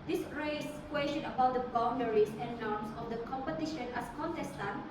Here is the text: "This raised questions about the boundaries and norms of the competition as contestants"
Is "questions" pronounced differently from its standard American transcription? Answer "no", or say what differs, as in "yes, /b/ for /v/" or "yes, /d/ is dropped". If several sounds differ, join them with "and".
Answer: yes, /z/ is dropped